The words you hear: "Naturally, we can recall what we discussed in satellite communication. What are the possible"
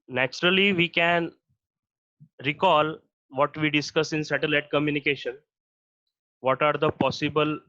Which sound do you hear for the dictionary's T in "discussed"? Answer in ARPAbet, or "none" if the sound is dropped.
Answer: none